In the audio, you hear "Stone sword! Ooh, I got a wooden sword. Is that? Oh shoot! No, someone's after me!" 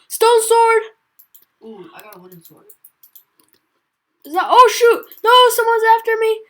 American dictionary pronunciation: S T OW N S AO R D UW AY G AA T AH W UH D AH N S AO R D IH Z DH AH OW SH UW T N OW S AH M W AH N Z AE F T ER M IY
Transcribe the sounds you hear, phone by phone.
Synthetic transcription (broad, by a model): S T OW N S AO R D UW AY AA AH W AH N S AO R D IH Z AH OW SH UW T N OW S AH M W AH N Z AE F T ER M IY